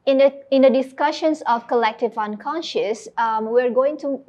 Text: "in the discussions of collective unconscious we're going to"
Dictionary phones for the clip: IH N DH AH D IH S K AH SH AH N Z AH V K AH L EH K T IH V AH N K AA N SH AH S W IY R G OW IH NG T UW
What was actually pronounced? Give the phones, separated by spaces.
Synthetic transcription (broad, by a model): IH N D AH D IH S K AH SH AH N S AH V K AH L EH K T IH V AH N K AA N SH AH S W IY R G OW IH NG T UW